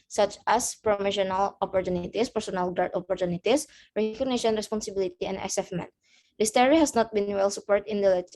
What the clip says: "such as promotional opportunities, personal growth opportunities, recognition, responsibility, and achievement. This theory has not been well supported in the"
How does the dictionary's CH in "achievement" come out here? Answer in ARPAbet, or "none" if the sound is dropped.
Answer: S